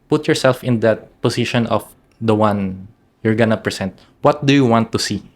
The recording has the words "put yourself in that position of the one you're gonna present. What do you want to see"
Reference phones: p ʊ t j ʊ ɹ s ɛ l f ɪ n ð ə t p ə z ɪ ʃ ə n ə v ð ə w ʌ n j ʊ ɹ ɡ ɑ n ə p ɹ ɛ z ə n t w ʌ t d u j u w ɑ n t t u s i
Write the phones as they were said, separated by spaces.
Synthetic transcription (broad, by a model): p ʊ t j ʊ ɹ s ɛ l f ɪ n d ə t p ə s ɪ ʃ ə n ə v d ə w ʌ n j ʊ ɹ ɡ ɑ n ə p ɹ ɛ s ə n t w ʌ t d u j u w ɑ n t t u s i